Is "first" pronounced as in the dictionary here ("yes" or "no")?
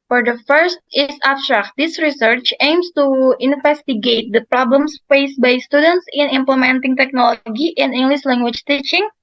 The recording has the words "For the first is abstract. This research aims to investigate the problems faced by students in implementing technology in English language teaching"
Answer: yes